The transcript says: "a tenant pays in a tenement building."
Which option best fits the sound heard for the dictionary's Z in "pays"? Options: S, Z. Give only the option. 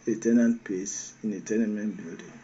S